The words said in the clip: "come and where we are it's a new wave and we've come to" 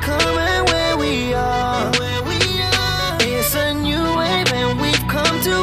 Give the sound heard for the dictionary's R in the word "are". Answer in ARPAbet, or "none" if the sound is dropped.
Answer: W